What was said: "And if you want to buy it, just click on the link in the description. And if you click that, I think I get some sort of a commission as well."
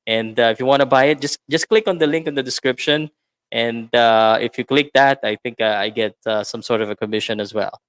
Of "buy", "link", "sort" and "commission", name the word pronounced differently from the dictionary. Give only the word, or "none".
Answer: none